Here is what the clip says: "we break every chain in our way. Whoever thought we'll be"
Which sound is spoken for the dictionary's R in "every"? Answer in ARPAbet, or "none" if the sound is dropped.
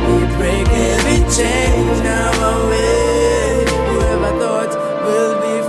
none